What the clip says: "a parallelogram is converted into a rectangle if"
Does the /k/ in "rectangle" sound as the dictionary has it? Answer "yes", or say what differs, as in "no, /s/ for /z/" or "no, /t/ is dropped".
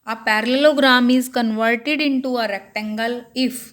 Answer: yes